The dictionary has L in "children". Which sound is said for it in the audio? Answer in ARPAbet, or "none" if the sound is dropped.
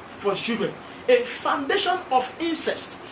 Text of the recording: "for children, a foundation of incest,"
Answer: none